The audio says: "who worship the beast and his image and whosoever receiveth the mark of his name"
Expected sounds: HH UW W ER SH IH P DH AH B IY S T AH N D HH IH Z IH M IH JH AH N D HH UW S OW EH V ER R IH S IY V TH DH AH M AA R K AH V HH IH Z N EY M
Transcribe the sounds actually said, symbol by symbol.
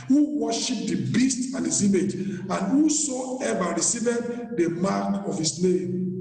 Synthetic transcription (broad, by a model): HH UW W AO SH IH P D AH B IY S T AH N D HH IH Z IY M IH JH AH N D HH UW S OW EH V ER R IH S IY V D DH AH M AA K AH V HH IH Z N EY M